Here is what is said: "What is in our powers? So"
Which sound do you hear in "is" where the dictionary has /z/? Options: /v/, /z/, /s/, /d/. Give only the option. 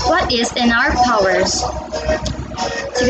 /z/